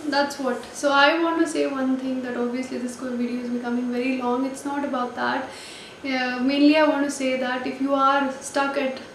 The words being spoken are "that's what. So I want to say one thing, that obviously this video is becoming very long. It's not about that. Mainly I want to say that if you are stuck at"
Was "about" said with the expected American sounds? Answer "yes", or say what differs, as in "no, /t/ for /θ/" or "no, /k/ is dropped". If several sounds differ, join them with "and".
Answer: yes